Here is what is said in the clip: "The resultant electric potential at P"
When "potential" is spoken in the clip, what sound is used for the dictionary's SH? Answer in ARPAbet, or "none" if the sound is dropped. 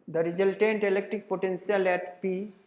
S